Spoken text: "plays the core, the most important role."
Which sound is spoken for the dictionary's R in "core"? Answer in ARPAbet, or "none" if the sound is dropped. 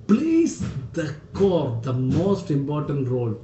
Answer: R